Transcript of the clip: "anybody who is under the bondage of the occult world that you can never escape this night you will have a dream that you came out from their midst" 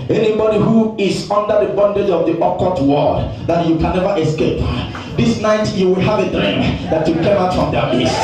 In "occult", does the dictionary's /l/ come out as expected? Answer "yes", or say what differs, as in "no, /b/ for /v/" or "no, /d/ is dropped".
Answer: no, /l/ is dropped